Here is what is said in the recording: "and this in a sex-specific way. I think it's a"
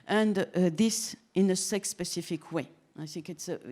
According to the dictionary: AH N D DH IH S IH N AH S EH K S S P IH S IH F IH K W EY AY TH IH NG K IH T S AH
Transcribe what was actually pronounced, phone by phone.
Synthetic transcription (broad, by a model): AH N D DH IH S IH N AH S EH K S S P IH S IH F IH K W EY AY S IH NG K IH T S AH